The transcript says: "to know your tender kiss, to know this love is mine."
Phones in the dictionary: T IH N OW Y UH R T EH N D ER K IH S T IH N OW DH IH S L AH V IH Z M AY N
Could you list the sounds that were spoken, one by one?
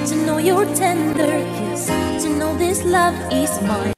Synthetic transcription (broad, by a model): T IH N OW Y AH R T EH N D ER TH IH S T IH N OW DH IH S L AH V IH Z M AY